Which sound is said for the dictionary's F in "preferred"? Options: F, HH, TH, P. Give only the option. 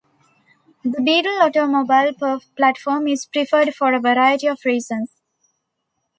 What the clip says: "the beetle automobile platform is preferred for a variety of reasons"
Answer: F